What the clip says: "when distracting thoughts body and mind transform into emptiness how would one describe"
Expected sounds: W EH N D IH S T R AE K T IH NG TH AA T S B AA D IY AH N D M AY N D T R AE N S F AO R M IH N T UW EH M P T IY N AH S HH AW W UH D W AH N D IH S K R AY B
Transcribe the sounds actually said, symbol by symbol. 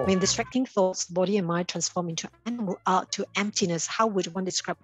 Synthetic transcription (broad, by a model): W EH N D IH S T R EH K T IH NG TH AA T S B AA D IY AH N M AY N T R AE N S F AO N M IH L T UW EH M P T IY N AH S HH AW W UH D W AH N D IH S K R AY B